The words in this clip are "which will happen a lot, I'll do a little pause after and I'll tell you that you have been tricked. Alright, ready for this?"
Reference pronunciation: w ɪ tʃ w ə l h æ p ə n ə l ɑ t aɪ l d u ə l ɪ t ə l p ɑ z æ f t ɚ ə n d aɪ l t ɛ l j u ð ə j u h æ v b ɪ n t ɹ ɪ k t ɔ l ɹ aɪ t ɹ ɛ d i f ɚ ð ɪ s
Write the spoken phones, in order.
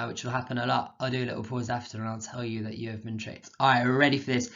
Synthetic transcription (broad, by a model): w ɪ tʃ w ə l h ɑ p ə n ə l ɑ t aɪ l d ə l ɪ t l p ɑ z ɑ f t ɚ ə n aɪ l t ɛ l j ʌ ð ə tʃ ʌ v b ɪ n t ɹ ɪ t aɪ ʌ ɹ ɛ d i f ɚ ð ɪ s